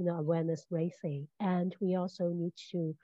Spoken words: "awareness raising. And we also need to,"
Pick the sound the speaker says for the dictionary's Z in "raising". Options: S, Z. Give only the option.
S